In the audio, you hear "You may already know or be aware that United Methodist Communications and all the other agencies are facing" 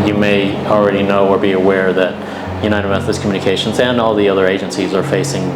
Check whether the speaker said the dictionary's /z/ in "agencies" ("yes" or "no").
yes